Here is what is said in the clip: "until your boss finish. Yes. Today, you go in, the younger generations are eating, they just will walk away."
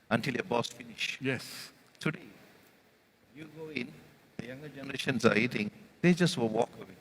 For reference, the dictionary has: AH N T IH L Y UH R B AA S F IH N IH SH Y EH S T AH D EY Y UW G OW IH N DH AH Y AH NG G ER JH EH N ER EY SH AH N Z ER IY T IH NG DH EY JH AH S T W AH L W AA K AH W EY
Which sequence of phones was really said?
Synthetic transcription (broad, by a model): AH N T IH L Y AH B AA S F IH N IH SH Y EH S T AH D EY Y UW G OW IH N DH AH Y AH NG G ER JH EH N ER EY SH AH N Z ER IY T IH NG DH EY JH AH S T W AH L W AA K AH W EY